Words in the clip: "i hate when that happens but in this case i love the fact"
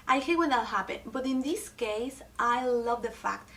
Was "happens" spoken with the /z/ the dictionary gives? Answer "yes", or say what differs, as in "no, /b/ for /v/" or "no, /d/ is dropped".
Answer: no, /z/ is dropped